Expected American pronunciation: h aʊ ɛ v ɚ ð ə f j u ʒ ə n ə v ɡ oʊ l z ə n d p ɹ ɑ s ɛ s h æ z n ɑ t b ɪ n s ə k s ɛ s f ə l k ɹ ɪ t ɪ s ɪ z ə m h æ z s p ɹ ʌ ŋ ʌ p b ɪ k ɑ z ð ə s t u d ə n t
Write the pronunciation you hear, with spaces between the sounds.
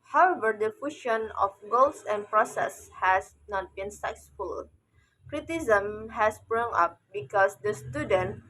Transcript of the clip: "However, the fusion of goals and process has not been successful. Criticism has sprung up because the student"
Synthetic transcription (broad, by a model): h aʊ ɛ v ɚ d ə f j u ʃ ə n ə f ɡ oʊ l s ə n p ɹ ɑ s ɛ s h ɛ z n ɑ t b ɪ n s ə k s s f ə l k ɹ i t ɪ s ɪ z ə m h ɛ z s b ɹ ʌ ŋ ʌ p b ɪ k ɑ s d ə s t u d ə n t